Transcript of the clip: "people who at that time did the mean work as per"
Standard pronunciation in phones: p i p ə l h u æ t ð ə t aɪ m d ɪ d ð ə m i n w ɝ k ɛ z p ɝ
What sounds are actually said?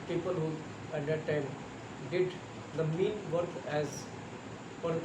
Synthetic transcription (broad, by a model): p i p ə l h u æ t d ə t aɪ m d ɪ d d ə m i n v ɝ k ɛ z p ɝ